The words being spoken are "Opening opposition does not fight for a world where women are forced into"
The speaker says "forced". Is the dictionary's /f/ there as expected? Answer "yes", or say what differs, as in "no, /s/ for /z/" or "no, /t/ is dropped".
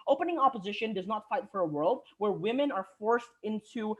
yes